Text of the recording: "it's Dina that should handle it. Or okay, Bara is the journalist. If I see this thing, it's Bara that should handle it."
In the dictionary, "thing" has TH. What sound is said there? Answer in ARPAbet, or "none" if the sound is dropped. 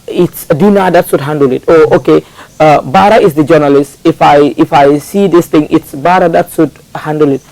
T